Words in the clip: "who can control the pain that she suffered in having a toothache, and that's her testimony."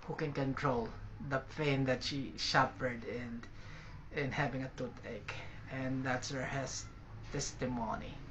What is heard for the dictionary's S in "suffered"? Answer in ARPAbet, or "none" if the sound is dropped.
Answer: SH